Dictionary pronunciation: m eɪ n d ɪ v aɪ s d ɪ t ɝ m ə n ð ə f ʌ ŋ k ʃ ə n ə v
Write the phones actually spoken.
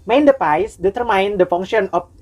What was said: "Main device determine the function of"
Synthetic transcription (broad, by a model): m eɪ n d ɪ p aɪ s d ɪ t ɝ m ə n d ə f ʌ ŋ k ʃ ə n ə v